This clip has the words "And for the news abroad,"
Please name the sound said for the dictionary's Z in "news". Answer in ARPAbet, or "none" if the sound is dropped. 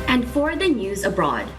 Z